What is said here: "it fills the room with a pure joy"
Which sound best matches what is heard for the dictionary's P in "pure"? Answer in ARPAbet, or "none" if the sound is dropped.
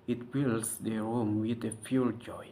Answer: F